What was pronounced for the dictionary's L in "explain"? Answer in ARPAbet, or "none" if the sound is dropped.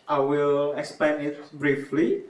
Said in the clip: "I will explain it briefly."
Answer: none